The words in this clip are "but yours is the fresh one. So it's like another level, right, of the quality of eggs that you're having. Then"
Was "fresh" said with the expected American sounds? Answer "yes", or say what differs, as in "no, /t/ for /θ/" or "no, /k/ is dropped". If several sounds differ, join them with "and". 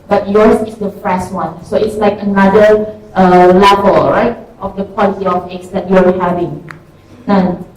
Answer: no, /s/ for /ʃ/